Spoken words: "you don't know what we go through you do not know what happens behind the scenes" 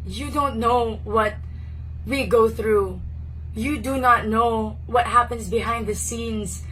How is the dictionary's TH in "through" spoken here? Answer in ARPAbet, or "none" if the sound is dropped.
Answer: TH